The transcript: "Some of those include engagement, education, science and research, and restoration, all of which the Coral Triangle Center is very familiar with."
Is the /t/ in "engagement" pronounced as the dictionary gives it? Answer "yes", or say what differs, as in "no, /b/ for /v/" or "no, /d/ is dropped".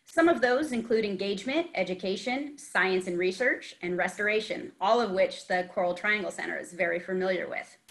yes